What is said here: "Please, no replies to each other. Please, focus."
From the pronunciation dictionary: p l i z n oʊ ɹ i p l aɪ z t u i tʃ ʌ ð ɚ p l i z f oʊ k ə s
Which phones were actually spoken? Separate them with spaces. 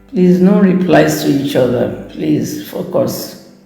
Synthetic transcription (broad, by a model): p l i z n oʊ ɹ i p l aɪ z t u i tʃ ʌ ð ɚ p l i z f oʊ k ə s